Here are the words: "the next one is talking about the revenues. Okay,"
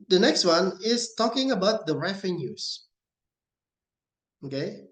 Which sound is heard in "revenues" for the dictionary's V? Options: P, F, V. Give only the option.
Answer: F